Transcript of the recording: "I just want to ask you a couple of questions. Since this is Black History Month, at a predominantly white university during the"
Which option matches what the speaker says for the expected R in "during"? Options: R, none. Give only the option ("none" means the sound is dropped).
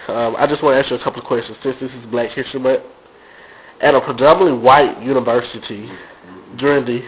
R